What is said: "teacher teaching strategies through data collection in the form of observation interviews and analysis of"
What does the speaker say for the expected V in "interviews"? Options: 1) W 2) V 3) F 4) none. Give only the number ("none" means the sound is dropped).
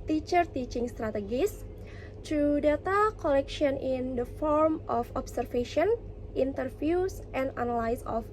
3